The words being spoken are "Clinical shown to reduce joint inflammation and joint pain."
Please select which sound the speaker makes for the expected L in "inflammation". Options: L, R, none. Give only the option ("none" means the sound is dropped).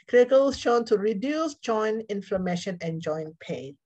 L